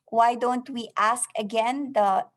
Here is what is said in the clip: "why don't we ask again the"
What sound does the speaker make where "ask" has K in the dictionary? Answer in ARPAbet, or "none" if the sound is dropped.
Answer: K